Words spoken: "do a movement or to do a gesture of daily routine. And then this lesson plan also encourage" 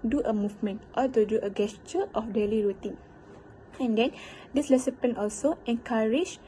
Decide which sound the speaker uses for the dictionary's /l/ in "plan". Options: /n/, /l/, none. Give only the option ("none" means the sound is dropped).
none